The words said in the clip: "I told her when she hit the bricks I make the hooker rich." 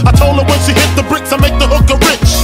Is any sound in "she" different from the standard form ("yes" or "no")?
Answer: yes